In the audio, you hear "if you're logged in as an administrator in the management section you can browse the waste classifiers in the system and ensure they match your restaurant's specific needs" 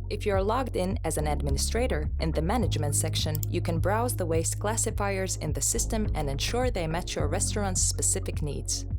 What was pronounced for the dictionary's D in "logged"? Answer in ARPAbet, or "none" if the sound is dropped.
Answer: D